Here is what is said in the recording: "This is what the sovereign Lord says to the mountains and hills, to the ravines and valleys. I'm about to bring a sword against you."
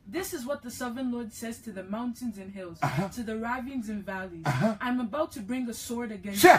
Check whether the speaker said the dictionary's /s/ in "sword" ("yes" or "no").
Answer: yes